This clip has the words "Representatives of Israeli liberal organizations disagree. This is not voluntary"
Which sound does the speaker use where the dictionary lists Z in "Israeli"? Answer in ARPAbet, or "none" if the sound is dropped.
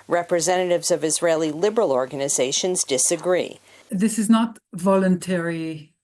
Z